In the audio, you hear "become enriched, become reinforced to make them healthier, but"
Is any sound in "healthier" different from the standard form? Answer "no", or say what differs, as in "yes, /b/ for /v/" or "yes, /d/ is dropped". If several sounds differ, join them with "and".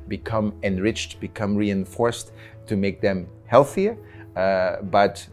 no